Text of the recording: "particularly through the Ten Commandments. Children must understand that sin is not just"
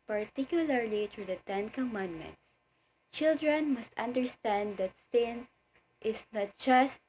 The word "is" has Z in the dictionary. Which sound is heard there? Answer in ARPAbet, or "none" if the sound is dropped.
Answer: S